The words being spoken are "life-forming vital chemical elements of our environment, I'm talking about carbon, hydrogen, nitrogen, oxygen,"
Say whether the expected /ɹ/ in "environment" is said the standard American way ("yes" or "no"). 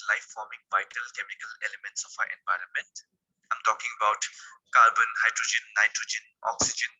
yes